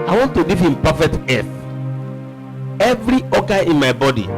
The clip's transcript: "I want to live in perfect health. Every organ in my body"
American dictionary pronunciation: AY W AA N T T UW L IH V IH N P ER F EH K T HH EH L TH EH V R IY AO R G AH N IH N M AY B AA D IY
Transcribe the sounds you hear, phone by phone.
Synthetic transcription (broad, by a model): AY W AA N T T UW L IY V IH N P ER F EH K T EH TH EH V R IY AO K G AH IH N M AY B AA D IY